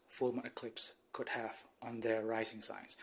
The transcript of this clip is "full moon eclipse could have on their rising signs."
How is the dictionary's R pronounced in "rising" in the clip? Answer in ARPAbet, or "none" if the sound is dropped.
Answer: R